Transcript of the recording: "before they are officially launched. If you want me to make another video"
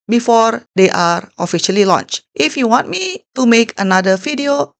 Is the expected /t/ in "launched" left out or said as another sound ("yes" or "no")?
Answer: no